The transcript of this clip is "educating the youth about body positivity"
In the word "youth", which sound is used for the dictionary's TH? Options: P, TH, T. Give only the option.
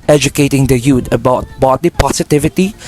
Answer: T